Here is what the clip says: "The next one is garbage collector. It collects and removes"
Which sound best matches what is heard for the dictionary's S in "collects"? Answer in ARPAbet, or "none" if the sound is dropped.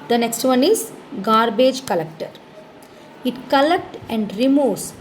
none